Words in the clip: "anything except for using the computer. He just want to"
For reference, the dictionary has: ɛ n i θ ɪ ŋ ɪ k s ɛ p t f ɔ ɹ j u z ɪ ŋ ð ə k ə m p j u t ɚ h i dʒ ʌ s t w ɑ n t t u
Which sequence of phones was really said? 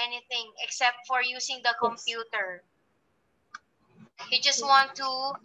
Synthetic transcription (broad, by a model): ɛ n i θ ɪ ŋ ɪ k s ɛ p t f ɔ ɹ j u s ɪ ŋ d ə k ə m p j u t ɚ h i dʒ ʌ s t w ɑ n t t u